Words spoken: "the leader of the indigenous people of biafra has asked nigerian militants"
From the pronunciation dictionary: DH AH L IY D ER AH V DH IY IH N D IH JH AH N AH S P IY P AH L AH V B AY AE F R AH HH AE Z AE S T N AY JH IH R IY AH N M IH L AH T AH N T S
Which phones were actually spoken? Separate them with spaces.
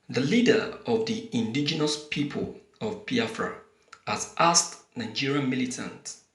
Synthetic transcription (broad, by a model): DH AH L IY D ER AH V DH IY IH N D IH JH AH N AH S P IY P AH L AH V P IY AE F R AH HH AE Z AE S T N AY JH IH R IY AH N M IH L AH T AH N T